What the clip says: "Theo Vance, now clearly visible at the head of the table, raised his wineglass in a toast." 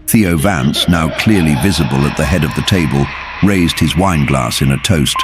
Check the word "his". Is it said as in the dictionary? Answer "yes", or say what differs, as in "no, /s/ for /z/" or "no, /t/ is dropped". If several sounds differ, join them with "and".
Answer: yes